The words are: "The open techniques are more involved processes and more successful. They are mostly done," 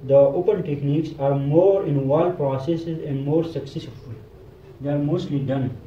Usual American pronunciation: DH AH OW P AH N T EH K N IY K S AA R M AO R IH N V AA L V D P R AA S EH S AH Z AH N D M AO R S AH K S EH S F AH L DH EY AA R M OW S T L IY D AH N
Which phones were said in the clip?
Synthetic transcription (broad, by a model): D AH OW P AH N T EH K N IY K S AA R M AO R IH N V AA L D P R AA S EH S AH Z AH N D M AO R S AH K S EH S AH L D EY AA R M OW S T L IY D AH N